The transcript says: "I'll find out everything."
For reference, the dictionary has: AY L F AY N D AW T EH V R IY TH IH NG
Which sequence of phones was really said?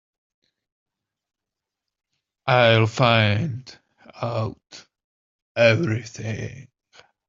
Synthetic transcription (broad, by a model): AY L F AY N D AW T EH V R IY TH IH NG